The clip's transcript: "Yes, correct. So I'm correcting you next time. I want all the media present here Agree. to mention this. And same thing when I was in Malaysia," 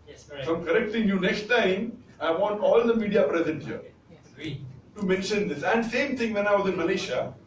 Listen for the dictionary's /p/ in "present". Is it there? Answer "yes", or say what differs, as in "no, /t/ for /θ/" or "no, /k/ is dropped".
yes